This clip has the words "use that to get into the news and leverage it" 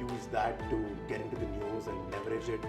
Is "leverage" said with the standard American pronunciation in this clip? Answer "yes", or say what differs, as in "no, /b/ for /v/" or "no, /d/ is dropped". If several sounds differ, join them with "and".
no, /n/ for /l/